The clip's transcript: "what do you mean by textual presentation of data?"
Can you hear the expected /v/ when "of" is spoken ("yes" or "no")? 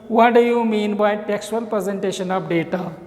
no